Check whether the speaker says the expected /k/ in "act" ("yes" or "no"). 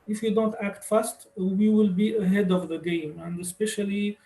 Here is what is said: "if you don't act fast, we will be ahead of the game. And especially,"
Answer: yes